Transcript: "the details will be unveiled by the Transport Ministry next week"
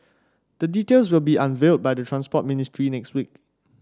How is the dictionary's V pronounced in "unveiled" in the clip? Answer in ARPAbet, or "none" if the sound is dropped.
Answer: V